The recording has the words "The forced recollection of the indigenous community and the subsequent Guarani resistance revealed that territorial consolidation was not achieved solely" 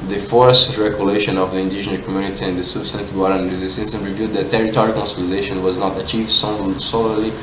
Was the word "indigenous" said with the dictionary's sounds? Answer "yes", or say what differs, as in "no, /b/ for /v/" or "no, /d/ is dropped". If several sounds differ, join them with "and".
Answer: no, /s/ is dropped